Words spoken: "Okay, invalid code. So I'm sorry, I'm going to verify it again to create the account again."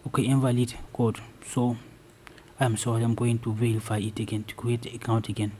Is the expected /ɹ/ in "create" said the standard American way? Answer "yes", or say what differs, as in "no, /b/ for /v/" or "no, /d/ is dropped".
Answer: no, /ɹ/ is dropped